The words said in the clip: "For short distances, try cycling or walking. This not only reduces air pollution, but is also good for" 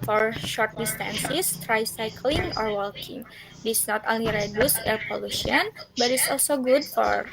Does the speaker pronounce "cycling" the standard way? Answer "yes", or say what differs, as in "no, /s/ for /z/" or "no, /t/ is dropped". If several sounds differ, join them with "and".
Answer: yes